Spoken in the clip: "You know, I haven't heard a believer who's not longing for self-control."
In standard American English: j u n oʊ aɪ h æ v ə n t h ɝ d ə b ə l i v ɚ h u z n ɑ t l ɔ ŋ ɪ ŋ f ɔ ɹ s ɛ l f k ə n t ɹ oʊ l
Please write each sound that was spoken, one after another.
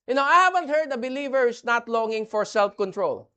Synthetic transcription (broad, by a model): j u n oʊ aɪ h æ v ə n t h ɝ d ə b ə l i v ɚ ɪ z n ɑ t l ɔ ŋ ɪ ŋ f ɔ ɹ s ɛ l f k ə n t ɹ oʊ l